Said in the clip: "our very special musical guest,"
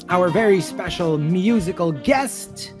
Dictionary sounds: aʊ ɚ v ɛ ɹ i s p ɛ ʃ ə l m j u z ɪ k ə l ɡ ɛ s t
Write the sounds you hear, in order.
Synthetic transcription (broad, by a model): aʊ ɚ v ɛ ɹ i s p ɛ ʃ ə l m j u z ɪ k ə l ɡ ɛ s t